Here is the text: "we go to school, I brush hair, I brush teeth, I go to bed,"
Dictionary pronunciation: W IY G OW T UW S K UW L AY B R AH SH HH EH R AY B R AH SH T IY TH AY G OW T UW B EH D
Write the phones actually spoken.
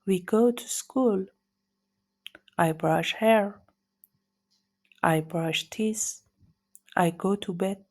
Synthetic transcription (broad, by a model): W IY G OW T UW S K UW L AY B R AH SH HH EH R AY B R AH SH T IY S AY G OW T UW B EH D